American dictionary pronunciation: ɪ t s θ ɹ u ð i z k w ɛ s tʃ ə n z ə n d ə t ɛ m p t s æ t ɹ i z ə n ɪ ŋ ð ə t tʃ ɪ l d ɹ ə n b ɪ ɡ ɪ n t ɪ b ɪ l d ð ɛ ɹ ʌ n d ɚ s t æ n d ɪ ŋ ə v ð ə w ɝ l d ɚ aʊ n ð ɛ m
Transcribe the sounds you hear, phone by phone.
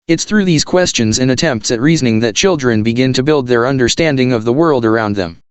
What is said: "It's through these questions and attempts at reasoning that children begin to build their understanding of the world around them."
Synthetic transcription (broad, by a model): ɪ t s θ ɹ u ð i z k w ɛ s tʃ ə n z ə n ə t ɛ m p t s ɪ t ɹ i z ə n ɪ ŋ ð ə t tʃ ɪ l d ɹ ə n b ɪ ɡ ɪ n t ɪ b ɪ l d ð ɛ ɹ ʌ n d ɚ s t æ n d ɪ ŋ ə v ð ə w ɝ l d ɚ aʊ n ð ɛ m